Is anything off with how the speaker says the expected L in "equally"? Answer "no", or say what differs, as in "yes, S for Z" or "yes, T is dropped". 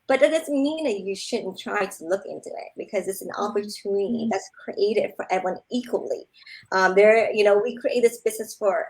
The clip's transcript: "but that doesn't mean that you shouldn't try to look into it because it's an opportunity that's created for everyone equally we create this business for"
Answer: yes, N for L